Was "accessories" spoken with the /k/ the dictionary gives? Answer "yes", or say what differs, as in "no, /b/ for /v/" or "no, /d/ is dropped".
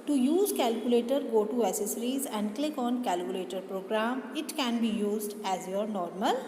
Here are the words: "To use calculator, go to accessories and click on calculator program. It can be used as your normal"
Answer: no, /k/ is dropped